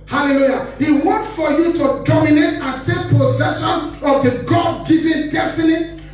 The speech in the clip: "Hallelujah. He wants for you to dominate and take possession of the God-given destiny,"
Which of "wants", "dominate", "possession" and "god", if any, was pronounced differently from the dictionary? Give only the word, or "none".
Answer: wants